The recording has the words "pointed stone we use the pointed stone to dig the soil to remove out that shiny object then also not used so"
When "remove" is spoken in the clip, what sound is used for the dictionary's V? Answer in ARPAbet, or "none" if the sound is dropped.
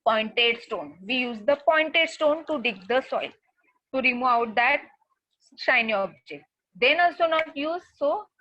none